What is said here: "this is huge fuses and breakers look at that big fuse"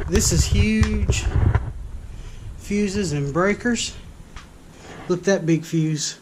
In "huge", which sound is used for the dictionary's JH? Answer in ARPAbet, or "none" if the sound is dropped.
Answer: ZH